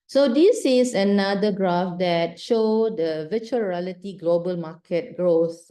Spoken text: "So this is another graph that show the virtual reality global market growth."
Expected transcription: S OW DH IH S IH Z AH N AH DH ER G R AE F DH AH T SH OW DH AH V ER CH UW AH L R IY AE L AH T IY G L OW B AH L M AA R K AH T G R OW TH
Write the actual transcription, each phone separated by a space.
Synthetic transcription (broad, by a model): S OW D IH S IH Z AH N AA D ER G R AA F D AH T SH OW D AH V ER CH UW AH R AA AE L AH T IY G L OW B AH L M AA K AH T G R OW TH